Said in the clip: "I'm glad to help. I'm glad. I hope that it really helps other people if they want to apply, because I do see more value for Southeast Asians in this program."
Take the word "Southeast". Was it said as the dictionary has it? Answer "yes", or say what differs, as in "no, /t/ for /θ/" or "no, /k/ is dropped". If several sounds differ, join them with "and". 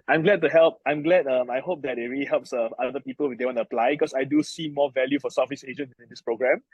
no, /t/ is dropped